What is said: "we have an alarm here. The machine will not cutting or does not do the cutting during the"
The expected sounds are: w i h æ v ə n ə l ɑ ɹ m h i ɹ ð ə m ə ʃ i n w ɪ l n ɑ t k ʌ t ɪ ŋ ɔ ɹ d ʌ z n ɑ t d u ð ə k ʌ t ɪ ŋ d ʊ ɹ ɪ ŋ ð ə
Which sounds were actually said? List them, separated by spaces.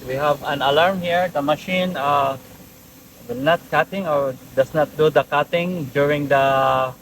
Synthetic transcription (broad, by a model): w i h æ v ə n ə l ɑ ɹ m h i ɹ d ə m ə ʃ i n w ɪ n ɑ t k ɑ t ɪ ŋ ɔ ɹ d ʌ s n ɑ t d u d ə k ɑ t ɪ ŋ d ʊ ɹ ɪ ŋ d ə